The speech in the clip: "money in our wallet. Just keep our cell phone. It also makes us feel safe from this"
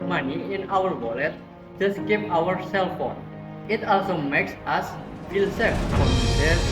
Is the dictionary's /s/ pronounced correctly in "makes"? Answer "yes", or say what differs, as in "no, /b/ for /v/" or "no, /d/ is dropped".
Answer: yes